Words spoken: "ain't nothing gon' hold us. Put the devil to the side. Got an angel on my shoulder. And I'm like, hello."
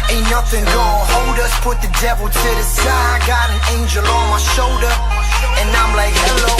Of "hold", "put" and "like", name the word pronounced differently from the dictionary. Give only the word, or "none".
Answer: none